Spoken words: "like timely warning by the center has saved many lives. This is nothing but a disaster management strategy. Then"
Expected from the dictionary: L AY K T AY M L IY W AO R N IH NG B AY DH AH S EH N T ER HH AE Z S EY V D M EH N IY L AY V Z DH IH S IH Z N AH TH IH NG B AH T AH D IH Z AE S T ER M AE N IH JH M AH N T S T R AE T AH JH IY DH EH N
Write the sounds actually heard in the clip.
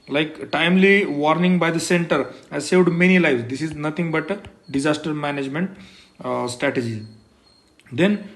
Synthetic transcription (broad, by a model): L AY K T AY M L IY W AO R N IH NG B AY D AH S EH N T ER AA S EY V D M EH N IY L AY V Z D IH S IH Z N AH T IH NG B AH T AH D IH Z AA S T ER M AE N IH JH M AH N T S T R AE T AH JH IY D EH N